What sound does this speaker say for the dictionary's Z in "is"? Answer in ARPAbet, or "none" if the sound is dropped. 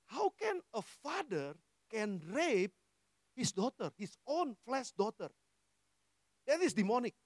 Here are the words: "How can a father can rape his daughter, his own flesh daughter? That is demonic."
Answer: S